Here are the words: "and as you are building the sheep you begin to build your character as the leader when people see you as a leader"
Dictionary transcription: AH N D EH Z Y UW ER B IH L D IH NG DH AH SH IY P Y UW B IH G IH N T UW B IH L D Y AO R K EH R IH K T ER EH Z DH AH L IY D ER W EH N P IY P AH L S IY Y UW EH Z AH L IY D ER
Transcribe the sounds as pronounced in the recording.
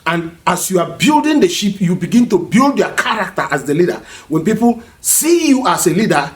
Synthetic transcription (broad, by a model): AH N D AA S Y UW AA B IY L D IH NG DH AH SH IY P Y UW B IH G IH N T UW B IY L D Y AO K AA R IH K T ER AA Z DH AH L IY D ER W EH N P IY P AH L S IY Y UW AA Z AH L IY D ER